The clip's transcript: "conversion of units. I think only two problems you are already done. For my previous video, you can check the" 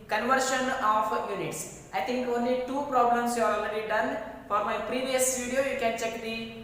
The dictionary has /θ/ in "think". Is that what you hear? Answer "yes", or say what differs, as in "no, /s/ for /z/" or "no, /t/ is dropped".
no, /t/ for /θ/